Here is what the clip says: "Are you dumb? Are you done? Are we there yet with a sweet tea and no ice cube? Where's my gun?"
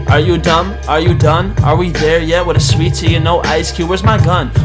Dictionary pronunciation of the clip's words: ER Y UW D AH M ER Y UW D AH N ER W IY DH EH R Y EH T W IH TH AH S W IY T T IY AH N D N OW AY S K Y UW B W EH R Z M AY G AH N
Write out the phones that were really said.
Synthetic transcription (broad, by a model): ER Y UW D AH M ER Y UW D AH N ER W IY DH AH R Y EH T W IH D AH S W IY T S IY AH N N OW AY S K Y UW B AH R Z M AY G AH N